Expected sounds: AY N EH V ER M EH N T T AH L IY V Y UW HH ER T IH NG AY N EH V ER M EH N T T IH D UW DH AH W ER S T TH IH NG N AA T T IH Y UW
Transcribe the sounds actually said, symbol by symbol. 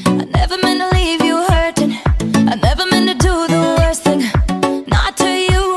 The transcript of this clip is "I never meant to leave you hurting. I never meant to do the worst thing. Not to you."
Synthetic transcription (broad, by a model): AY N EH V ER M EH N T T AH L IY V Y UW HH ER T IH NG AY N EH V ER M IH N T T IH D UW DH AH W ER S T TH IH NG N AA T T IH Y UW